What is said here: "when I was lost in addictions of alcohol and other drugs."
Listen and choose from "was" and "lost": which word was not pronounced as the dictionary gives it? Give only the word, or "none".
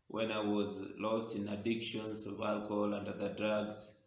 none